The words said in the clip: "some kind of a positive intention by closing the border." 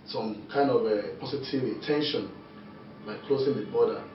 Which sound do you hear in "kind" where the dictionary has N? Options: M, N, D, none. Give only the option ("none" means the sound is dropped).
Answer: N